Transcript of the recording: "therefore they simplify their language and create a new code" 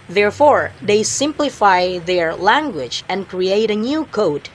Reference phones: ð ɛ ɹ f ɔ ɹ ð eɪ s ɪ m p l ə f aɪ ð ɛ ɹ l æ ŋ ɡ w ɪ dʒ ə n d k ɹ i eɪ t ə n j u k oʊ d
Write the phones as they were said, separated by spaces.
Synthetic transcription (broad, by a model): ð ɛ ɹ f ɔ ɹ ð eɪ s ɪ m p l ə f aɪ ð ɛ ɹ l æ ŋ ɡ w ɪ dʒ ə n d k ɹ i eɪ t ə n j u k oʊ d